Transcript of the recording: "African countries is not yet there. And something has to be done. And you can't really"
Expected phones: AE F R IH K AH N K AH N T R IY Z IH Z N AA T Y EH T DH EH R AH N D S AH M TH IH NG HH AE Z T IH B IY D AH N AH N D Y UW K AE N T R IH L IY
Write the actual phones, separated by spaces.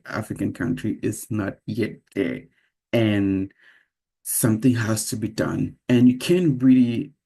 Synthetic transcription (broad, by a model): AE F R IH K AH N K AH N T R IY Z IH Z N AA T Y EH T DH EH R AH N S AH M TH IH NG HH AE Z T IH B IY D AH N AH N Y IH K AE N R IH L IY